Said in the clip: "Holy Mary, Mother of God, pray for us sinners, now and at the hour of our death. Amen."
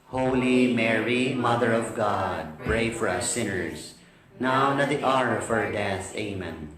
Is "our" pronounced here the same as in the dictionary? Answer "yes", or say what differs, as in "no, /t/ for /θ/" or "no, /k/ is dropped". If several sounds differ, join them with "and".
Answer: yes